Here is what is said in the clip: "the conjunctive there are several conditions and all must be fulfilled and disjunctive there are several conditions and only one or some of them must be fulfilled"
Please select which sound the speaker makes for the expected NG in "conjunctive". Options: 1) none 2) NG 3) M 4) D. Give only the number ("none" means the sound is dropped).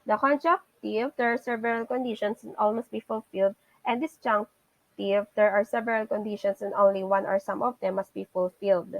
1